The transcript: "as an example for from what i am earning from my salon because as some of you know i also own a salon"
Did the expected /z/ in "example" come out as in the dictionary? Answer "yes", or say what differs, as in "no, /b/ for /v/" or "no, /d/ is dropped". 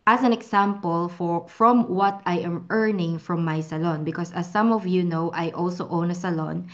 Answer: no, /s/ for /z/